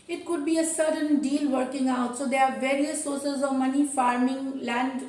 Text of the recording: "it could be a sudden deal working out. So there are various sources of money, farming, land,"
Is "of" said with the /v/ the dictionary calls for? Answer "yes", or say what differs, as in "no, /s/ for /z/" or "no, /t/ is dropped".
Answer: yes